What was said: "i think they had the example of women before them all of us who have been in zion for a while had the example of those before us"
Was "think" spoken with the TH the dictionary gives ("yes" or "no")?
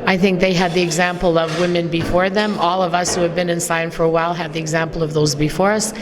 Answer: yes